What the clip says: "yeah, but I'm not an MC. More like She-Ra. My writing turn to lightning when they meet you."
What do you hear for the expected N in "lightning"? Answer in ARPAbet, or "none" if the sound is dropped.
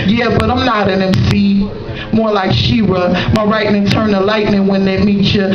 N